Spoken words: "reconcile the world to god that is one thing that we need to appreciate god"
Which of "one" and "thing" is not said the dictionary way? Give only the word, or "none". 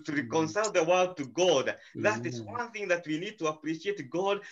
none